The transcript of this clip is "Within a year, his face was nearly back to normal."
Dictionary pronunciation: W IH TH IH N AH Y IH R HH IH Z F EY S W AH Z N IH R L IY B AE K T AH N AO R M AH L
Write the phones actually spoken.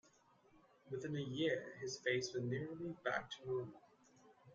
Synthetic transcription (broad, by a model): W IH TH IH N AH Y IH R IH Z F EY S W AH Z N IH R L IY B AE K T AH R AH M